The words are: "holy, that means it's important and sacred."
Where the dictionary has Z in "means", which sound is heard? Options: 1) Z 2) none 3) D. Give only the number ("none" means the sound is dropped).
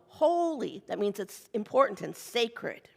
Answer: 1